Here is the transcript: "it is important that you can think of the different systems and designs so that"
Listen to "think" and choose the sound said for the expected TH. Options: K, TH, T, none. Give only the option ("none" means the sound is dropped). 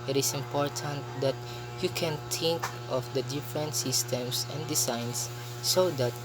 T